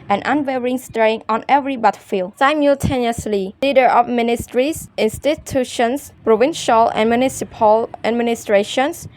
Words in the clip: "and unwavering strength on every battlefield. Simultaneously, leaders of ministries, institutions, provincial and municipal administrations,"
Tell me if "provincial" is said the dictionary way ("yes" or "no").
yes